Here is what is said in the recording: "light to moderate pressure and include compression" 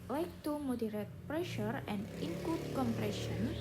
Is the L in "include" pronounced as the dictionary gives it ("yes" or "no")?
no